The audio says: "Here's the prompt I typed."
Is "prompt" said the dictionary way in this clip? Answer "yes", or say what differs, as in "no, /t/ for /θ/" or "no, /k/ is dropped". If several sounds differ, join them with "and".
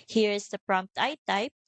yes